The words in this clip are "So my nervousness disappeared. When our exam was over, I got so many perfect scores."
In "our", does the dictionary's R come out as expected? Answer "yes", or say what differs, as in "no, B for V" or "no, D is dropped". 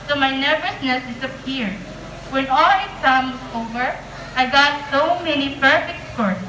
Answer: no, L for R